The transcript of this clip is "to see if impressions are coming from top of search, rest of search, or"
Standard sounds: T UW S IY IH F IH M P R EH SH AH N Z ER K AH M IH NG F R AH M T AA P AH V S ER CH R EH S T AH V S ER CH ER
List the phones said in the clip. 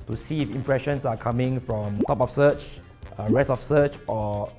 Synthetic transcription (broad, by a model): T UW S IY IH F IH M P R EH SH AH N S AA K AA M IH NG F R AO M T AA P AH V S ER CH R EH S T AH F S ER CH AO